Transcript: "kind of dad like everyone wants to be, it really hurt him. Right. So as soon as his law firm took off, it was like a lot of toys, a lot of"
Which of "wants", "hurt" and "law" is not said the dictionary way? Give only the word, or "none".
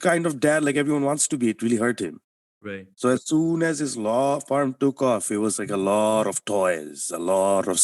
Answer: none